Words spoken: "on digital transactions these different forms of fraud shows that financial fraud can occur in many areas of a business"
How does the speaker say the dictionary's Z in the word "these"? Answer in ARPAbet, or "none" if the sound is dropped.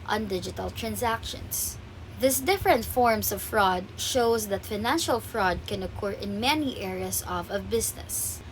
S